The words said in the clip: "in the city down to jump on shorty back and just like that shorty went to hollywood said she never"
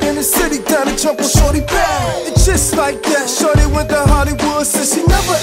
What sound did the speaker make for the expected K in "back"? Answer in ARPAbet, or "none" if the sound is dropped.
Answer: none